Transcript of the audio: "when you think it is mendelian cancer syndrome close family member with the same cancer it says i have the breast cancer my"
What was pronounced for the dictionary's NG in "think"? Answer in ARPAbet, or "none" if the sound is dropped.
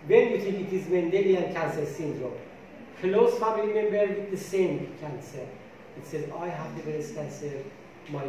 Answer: none